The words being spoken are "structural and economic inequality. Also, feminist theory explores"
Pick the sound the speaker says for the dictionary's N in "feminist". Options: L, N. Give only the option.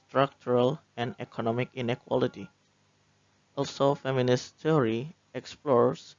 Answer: N